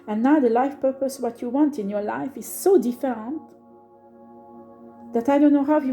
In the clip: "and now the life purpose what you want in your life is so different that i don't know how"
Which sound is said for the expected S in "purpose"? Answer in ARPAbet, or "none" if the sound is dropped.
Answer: S